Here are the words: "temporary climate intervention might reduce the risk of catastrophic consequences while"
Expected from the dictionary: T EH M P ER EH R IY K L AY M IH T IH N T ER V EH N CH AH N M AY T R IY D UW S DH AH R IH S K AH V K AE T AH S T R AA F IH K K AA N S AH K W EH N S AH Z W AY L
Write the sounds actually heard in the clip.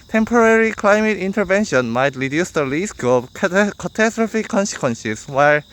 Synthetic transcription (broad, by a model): T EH M P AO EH R IY K L AY M IH T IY N T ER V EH N SH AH N M AY T R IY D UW S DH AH L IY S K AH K K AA T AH S T R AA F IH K K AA N S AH K W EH N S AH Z W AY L